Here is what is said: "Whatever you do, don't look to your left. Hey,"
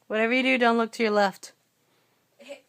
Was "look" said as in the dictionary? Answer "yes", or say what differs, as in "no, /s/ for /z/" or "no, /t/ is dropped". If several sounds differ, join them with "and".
yes